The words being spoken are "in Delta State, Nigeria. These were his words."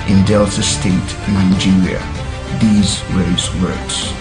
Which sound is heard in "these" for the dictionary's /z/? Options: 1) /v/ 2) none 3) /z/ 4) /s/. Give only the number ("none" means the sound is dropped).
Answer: 3